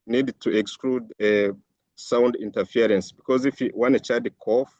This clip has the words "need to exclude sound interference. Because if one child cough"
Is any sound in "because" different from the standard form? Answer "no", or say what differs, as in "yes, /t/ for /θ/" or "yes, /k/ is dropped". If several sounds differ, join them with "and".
no